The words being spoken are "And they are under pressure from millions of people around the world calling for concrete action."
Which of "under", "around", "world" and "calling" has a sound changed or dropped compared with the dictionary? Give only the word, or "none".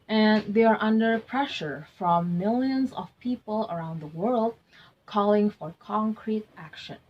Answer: none